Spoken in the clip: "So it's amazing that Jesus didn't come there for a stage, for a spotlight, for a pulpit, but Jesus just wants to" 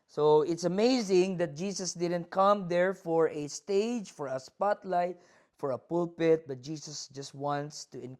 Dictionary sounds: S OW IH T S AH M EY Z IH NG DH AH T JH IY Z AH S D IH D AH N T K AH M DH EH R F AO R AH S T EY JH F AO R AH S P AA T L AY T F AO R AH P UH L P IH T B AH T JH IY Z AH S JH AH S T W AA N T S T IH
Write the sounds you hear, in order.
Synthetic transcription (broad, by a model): S OW IH T S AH M EY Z IH NG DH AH T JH IY S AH S D IH D AH N T K AH M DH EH R F AO R AH S T EY JH F AO R AH S P AA T L AY T F AO R AH P UH L P IH T B AH T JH IY S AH S JH AH S T W AA N T S T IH